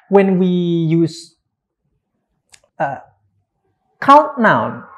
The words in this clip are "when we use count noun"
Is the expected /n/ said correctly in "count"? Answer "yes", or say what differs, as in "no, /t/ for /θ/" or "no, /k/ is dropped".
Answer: no, /n/ is dropped